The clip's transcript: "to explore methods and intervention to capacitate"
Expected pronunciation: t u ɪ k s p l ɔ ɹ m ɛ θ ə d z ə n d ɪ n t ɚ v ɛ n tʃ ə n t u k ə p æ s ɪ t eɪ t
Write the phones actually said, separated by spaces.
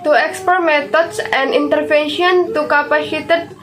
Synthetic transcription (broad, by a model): t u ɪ k s p ɔ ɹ m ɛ t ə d s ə n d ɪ n t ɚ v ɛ n ʃ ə n t u k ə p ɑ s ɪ t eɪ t